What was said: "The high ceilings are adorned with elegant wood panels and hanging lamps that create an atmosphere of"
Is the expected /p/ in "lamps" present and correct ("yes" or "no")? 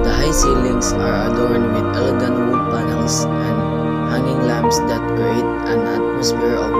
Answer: no